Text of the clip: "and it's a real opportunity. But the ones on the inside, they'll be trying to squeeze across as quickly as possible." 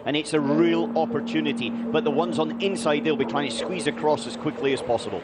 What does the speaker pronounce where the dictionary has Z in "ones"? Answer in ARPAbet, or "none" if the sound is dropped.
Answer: Z